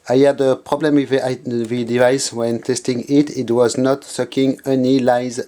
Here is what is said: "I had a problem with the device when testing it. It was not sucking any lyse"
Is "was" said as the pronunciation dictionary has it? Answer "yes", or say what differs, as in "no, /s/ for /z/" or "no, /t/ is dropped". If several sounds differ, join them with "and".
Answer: yes